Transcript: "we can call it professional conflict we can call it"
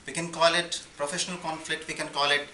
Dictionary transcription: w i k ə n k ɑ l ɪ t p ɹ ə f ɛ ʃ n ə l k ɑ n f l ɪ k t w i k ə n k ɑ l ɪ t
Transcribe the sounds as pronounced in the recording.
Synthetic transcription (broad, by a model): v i k ə n k ɑ l ɪ t p ɹ ə f ɛ ʃ n ə l k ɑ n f l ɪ k t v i k ə n k ɑ l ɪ t